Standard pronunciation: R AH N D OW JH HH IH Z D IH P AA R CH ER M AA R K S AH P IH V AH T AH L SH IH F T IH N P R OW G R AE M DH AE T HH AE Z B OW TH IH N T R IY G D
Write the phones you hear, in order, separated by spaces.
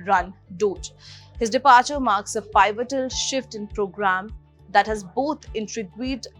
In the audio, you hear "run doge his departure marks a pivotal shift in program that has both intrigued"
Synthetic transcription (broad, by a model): R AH N D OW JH HH IH Z D IH P AA R CH ER M AA R K S AH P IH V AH T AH L SH IH F T IH N P R OW G R AE M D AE T HH AE Z B OW T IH N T R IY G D